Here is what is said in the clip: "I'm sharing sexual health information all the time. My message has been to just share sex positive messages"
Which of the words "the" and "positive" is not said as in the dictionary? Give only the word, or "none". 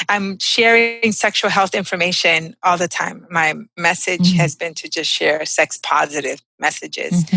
none